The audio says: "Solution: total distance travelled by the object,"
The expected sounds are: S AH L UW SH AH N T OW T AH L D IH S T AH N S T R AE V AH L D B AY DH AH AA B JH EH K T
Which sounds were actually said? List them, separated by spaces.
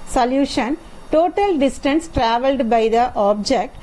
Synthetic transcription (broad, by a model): S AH L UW SH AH N T OW T AH L D IH S T AH N S T R AE V AH L D B AY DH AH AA B JH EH K T